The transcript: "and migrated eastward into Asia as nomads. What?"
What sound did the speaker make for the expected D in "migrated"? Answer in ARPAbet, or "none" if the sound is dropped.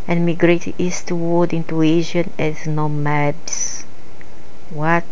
none